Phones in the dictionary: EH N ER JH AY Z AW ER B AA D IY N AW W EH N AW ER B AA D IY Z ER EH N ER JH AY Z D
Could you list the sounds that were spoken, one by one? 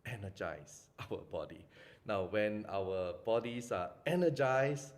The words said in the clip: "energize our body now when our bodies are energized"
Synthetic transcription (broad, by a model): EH N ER JH AY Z AW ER B AA D IY N AW W EH N AW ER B AA D IY S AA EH N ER JH AY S